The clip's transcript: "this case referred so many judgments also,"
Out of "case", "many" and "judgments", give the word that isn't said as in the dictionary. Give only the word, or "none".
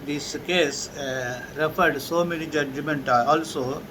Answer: judgments